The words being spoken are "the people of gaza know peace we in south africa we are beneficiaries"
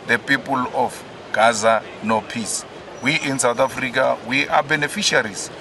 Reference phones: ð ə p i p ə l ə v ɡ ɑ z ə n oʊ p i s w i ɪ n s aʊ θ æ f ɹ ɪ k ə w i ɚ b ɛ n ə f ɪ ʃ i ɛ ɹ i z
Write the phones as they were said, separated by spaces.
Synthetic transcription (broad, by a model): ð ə p i p ə l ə f ɡ ɑ z ə n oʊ p i s w i ɪ n s aʊ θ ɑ f ɹ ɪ k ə w i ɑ b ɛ n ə f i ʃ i ɹ i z